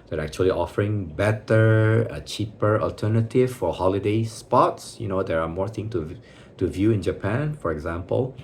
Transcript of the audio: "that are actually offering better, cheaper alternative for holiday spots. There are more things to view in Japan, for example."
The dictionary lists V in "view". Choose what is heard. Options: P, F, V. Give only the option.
V